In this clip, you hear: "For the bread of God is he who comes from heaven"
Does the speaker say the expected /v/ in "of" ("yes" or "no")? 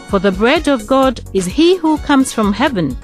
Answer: yes